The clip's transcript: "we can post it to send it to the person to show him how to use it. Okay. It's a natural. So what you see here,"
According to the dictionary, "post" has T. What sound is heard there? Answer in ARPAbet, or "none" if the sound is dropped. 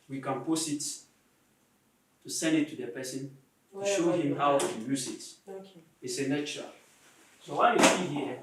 none